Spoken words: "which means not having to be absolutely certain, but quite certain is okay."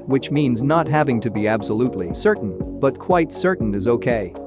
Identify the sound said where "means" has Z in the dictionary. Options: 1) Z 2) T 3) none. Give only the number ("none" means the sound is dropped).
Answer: 1